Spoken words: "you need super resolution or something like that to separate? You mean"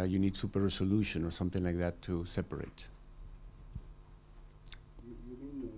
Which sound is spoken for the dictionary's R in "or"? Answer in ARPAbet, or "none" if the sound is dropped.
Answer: R